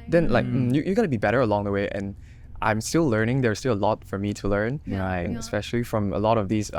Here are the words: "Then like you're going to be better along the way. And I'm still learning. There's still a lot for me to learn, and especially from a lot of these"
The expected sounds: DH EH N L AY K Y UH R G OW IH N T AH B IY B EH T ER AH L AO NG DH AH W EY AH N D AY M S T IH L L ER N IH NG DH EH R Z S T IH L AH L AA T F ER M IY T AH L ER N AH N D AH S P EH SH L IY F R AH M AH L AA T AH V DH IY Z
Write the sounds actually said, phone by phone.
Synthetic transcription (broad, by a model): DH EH N L AY K Y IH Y G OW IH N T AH B IY B EH T ER AH L AO NG DH AH W EY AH N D AY M S T IH L L ER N IH NG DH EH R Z S T IH L AH L AA T F ER M IY T AH L ER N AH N AH S P EH SH L IY F R AH M AH L AA T AH V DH IY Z